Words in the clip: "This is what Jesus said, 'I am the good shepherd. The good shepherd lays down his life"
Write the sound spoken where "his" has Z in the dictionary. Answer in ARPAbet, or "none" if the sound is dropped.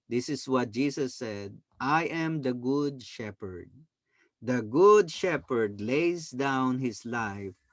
S